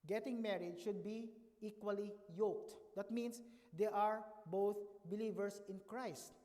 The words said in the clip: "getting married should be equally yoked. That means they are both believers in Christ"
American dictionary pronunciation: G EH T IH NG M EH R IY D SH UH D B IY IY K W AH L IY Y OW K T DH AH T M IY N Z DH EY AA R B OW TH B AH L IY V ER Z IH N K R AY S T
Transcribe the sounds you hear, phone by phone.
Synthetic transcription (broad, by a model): G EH T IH NG M EH R IY D SH UH D B IY IY K W AH L IY Y OW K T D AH T M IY N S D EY AA R B OW TH B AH L IY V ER S IH N K R AY S T